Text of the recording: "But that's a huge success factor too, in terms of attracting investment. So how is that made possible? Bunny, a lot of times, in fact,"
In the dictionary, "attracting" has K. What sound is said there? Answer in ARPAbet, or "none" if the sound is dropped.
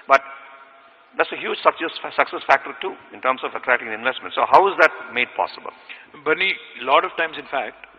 none